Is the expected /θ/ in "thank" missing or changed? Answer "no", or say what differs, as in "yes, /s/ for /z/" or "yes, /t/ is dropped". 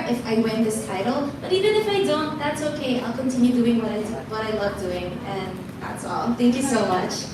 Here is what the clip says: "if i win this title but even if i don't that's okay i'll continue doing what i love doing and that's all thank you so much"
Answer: no